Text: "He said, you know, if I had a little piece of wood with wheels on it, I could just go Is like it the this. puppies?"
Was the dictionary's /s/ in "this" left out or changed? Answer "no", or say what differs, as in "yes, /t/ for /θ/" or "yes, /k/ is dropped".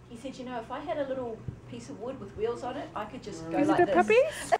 yes, /s/ is dropped